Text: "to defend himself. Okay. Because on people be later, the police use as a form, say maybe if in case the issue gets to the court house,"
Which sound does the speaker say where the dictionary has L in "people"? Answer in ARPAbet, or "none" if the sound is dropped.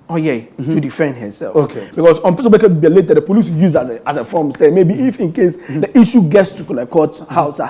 N